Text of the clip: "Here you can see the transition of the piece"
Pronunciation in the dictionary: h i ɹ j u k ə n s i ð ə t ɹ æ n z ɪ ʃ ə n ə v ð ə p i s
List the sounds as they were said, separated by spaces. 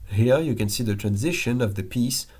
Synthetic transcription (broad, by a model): h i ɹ j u k ə n s i ð ə t ɹ æ n z ɪ ʃ ə n ə v ð ə p i s